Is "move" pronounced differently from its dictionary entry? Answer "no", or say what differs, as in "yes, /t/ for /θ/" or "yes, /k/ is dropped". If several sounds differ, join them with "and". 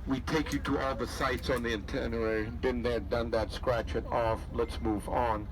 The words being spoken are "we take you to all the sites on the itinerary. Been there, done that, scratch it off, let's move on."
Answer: no